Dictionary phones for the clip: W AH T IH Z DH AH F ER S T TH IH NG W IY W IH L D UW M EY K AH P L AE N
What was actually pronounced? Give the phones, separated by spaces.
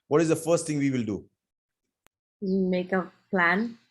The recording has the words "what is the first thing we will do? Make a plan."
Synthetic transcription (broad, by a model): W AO T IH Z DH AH F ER S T T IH NG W IY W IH L D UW M EY K AH P L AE N